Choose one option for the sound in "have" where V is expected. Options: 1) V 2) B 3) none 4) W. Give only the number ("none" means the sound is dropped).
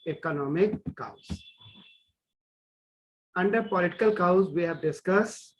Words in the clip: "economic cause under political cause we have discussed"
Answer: 1